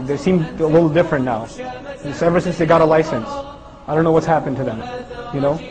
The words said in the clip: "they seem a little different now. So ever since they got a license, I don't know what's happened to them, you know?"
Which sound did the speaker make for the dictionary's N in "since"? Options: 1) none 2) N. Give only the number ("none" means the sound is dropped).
2